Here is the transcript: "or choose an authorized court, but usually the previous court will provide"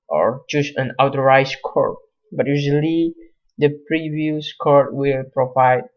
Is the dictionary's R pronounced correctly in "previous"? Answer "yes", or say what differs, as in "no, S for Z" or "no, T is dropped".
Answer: yes